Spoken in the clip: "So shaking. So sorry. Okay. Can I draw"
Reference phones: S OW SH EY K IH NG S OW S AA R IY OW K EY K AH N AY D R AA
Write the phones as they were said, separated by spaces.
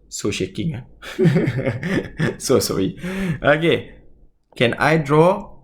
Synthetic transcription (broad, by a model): S OW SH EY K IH NG S OW S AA IY OW K EY K AH N AY D R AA